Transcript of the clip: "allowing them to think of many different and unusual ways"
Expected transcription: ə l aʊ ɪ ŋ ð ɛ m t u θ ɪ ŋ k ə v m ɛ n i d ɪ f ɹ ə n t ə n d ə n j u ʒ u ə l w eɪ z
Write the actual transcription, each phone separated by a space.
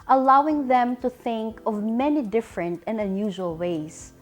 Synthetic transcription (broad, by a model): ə l aʊ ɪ ŋ ð ɛ m t u θ ɪ ŋ k ə v m ɛ n i d ɪ f ɹ ə n t ə n d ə n j u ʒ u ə l w eɪ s